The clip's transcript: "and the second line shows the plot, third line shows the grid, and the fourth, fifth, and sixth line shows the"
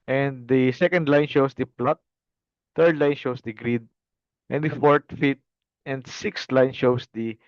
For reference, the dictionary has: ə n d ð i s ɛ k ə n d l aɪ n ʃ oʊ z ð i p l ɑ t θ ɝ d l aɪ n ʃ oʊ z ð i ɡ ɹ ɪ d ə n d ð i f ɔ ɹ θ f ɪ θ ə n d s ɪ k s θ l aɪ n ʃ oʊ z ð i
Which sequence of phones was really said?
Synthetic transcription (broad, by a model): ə n d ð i s ɛ k ə n d l aɪ n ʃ oʊ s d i p l ɑ t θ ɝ d l aɪ n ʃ oʊ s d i ɡ ɹ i d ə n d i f ɔ ɹ t f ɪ t ə n d s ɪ k s t l aɪ n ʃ oʊ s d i